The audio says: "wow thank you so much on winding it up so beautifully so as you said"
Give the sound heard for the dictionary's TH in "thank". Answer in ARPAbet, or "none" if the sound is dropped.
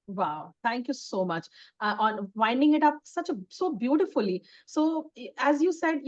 T